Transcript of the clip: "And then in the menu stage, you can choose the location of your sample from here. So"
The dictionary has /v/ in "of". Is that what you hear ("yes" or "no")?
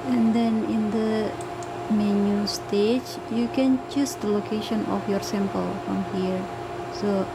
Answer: no